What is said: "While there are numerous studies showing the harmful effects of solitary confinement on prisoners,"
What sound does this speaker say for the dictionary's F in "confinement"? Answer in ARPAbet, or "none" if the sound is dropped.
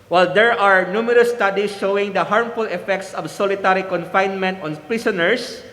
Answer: F